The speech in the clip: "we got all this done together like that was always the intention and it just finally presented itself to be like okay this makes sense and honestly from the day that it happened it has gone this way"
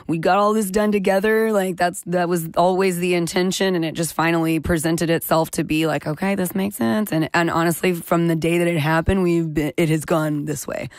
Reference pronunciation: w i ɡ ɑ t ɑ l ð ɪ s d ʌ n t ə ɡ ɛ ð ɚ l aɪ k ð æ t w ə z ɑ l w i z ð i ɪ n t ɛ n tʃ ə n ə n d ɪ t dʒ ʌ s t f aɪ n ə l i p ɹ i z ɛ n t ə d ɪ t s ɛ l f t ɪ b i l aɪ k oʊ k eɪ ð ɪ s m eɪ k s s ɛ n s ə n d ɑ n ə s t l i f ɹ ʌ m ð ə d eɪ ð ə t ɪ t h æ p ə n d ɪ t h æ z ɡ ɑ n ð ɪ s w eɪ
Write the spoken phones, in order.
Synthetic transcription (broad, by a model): w i ɡ ɑ t ɑ l ð ɪ s d ʌ n t ə ɡ ɛ ð ɚ l aɪ k ð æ t w ə z ɑ l w i z ð i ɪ n t ɛ n ʃ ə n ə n ɪ t dʒ ʌ s t f aɪ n l i p ɹ i z ɛ n t ə d ɪ t s ɛ l f t ɪ b i l aɪ k oʊ k eɪ ð ɪ s m eɪ k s s ɛ n s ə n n ɑ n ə s t l i f ɹ ʌ m ð ə d eɪ ð ə t ɪ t h æ p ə n d ɪ t h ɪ z ɡ ɑ n ð ɪ s w eɪ